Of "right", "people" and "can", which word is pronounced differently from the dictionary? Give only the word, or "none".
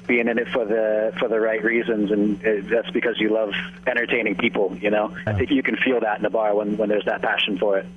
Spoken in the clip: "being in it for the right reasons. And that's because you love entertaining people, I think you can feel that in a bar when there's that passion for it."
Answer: people